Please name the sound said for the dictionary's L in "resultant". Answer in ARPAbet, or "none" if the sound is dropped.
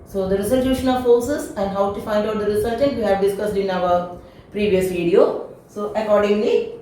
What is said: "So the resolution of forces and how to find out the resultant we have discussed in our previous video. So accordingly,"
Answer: none